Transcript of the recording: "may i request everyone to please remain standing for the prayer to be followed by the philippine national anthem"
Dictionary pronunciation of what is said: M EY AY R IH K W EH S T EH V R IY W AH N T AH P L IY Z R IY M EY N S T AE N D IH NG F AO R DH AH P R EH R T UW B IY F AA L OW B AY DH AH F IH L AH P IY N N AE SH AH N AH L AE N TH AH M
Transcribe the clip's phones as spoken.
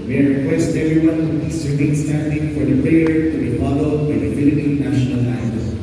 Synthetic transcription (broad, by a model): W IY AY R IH K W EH S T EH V R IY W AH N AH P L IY S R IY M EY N S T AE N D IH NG F AO R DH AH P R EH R T UW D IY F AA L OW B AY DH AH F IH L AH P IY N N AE SH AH N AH L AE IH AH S